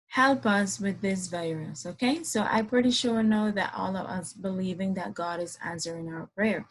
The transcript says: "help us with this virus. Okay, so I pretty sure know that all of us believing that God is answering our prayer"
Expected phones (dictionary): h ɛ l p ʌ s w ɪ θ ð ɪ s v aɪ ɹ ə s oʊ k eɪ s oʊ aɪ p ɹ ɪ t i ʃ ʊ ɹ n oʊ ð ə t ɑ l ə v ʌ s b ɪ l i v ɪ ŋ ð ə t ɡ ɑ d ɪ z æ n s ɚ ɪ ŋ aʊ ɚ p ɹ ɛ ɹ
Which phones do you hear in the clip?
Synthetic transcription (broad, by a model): h ɛ l p ʌ s w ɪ ð ɪ s v aɪ ɹ ə s oʊ k eɪ s oʊ aɪ p ɹ ɪ t i ʃ ʊ ɹ n oʊ ð ə t ɑ l ə v ʌ s b ɪ l i v ɪ ŋ ð ə t ɡ ɑ d ɪ z æ n s ɚ ɪ ŋ aʊ ɚ p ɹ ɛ ɹ